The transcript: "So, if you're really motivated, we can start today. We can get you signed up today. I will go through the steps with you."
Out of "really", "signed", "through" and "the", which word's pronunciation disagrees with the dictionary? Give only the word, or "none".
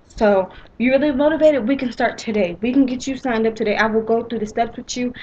none